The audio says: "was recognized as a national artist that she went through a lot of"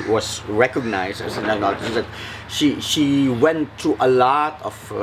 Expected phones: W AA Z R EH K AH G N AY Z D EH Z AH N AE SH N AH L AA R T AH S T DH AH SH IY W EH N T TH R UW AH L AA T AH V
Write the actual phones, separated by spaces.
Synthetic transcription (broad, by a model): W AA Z R EH K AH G N AY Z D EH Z AH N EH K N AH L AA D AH T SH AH SH IY W EH N T R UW AH L AA T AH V